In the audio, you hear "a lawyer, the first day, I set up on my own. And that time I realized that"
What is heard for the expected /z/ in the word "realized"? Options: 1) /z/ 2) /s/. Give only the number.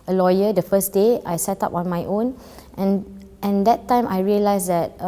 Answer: 2